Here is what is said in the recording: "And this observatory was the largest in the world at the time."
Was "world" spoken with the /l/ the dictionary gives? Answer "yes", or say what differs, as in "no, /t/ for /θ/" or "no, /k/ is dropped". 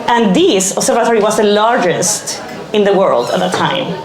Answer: yes